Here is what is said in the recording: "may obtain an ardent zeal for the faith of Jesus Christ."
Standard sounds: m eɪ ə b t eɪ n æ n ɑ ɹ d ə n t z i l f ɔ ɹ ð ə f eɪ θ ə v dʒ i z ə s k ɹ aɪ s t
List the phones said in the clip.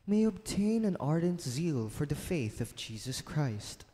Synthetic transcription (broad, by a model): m eɪ ə b t eɪ n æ n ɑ ɹ d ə n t z i l f ɔ ɹ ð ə f eɪ θ ə v dʒ i z ə s k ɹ aɪ s t